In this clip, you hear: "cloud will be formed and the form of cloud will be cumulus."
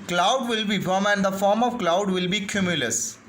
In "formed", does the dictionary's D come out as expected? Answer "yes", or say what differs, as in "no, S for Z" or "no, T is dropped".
no, D is dropped